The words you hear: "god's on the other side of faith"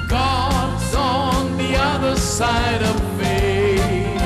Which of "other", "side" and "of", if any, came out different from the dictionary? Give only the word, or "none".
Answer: none